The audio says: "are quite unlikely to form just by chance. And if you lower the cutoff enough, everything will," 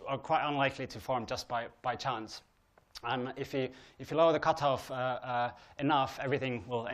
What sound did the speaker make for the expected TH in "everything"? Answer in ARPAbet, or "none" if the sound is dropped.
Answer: TH